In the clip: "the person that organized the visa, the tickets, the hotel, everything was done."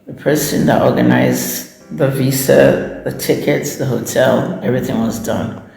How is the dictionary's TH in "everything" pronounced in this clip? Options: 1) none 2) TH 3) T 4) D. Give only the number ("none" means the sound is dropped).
2